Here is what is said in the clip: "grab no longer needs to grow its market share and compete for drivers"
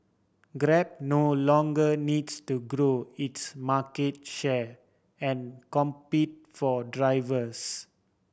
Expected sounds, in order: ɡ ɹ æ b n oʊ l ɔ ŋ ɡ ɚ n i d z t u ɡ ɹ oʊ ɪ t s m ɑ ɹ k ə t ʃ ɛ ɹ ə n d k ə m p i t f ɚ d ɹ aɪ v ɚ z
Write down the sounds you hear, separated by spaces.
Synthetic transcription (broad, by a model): ɡ ɹ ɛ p n oʊ l ɔ ŋ ɡ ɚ n i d s t u ɡ ɹ oʊ ɪ t s m ɑ k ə t ʃ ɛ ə n k ə m p i t f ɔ d ɹ aɪ v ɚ s